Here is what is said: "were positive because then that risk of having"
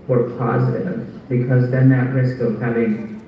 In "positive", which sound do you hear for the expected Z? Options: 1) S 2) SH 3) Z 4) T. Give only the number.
3